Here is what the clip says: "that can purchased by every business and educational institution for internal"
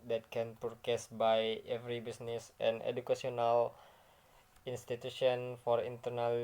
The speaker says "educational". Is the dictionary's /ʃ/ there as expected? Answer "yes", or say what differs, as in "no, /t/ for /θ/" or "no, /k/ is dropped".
no, /ʃ/ is dropped